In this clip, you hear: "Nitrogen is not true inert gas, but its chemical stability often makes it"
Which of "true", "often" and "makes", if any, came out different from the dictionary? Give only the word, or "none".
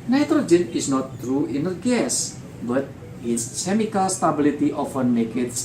makes